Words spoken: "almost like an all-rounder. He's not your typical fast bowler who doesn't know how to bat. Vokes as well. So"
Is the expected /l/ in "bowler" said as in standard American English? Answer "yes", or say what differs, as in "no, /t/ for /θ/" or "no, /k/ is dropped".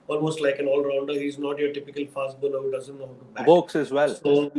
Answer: no, /n/ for /l/